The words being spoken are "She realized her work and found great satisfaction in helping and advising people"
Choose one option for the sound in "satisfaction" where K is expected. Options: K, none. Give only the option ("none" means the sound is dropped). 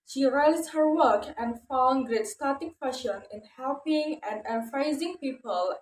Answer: none